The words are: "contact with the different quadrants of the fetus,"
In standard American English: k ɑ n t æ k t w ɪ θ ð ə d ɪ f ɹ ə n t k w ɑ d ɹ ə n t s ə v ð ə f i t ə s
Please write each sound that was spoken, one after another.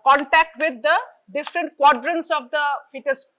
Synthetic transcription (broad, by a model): k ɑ n t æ k t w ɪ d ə d ɪ f ɹ ə n t k w ɑ d ɹ ə n t s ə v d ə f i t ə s